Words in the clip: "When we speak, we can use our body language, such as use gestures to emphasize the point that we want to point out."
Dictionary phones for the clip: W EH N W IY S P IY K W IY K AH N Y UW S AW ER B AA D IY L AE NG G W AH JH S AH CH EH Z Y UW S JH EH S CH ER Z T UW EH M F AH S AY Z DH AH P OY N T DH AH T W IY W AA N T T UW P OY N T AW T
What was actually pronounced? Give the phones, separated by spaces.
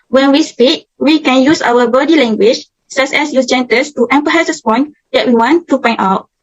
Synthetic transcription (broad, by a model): W EH N W IY S P IY K W IY K AH N Y UW S AW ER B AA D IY L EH NG G W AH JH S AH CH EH S Y UW S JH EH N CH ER S T UW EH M P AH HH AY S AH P OY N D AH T W IY W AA N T T UW P OY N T AW T